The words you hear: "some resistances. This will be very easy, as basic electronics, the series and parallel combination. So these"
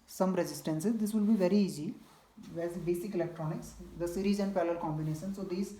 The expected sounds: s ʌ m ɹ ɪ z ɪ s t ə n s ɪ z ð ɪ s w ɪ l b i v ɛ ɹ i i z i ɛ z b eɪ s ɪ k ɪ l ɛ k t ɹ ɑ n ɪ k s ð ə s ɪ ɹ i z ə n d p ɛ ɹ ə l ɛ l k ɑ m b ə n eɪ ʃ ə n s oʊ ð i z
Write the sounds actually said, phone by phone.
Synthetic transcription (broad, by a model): s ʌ m ɹ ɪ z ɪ s t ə n s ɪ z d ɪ s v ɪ l b i v ɛ ɹ i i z i ɛ z b eɪ s ɪ k ɪ l ɛ k t ɹ ɑ n ɪ k s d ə s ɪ ɹ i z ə n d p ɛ l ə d k ɑ m b ə n eɪ ʃ ə n s oʊ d i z